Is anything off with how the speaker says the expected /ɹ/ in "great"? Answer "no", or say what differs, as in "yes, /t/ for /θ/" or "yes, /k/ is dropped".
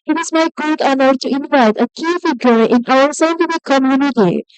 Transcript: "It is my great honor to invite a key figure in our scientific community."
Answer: yes, /ɹ/ is dropped